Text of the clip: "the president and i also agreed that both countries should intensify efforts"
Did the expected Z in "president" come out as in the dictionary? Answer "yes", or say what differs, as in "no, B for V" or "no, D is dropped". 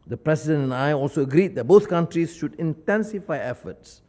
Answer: no, S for Z